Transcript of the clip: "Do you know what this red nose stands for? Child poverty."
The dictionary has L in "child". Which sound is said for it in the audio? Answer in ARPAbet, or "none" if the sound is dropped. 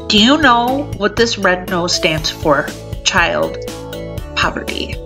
L